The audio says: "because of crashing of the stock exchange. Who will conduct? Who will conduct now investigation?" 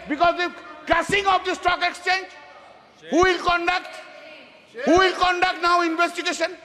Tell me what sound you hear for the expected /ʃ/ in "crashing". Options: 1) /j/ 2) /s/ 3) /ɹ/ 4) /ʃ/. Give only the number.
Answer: 2